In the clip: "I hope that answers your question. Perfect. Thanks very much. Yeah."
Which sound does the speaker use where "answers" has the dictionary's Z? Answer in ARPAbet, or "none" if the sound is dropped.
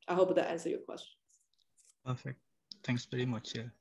none